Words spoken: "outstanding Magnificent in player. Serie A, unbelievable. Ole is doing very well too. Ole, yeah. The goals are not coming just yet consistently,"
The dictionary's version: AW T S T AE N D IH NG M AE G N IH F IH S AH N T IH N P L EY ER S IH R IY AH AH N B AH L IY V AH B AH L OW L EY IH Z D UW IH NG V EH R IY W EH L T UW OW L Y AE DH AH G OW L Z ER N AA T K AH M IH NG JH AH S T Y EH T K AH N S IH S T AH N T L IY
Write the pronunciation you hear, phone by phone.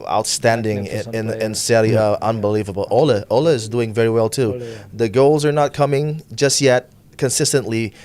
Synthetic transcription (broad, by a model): AW T S T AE N D IH NG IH IH N IH N S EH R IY AH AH N B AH L IY V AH B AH L OW L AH IH Z D UW IH NG V EH R IY W EH L T UW DH AH G OW L Z ER N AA T K AH M IH NG JH AH S T Y EH T K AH N S IH S T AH N T L IY